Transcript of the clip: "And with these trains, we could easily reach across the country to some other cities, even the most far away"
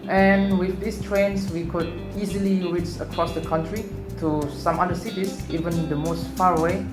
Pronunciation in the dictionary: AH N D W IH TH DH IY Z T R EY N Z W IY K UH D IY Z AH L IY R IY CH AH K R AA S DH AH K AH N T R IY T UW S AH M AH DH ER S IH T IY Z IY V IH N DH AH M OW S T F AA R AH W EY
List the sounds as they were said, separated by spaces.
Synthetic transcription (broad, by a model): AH N W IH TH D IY S T R EY N S W IY K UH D IY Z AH L IY R IY CH AH K R AA S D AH K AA N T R IY T UW S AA M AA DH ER S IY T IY S IY V IH N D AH M OW S T F AA R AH W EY